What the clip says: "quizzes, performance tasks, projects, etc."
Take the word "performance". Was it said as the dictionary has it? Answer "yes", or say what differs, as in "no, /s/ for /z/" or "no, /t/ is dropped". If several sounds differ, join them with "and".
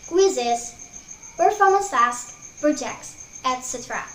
no, /n/ is dropped